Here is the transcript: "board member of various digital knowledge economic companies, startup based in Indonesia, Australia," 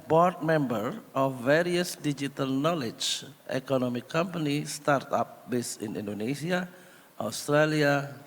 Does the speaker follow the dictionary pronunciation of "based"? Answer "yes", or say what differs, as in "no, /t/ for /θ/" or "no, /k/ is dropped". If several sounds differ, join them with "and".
no, /t/ is dropped